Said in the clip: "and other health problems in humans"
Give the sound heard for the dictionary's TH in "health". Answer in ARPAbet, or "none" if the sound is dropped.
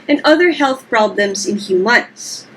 TH